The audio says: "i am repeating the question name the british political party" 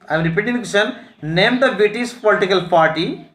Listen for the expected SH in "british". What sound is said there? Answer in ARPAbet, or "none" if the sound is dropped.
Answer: S